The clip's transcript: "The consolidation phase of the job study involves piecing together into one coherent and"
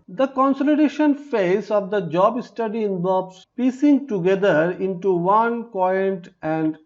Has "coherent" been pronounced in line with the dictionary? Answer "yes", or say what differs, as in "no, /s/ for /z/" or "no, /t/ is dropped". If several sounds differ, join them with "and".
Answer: no, /ɹ/ is dropped